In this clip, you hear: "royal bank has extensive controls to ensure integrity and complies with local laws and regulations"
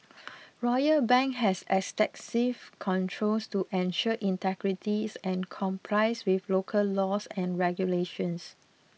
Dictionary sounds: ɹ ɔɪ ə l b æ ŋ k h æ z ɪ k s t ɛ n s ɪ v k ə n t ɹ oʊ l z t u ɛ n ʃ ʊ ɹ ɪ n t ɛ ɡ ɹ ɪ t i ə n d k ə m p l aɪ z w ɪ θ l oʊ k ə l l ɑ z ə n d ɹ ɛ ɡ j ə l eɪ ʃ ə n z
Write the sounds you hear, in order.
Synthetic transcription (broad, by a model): ɹ ɔɪ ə b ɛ ŋ k h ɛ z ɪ s t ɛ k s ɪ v k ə n t ɹ oʊ l s t u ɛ n ʃ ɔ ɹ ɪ n t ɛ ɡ ɹ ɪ t i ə n k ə m p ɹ aɪ s w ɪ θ l oʊ k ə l l ɑ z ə n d ɹ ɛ ɡ j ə l eɪ ʃ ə n s